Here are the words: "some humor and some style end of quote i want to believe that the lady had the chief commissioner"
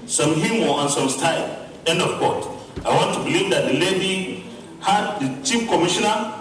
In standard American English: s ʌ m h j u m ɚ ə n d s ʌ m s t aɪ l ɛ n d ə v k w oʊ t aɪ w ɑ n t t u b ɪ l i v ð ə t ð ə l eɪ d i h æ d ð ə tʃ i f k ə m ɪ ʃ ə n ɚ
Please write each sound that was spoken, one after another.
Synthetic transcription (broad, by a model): s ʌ m h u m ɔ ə n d s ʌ m s t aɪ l ɛ n d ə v k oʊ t aɪ w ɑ n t t u b ɪ l i v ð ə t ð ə l eɪ d i h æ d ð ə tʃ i p k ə m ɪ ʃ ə n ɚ